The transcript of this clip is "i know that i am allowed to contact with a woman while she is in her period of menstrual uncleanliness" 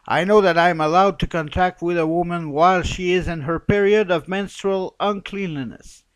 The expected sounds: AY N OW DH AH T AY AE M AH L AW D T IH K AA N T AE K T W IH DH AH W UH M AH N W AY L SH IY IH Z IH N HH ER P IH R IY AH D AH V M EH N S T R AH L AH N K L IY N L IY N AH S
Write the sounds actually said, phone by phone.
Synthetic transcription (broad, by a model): AY N OW DH AH T AY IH M AH L AW D T IH K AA N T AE K T W IH DH AH W UH M AH N W AY L SH IY IH Z IH N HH ER P IH R IY AH D AH V M EH N S T R AH L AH N K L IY N L IY N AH S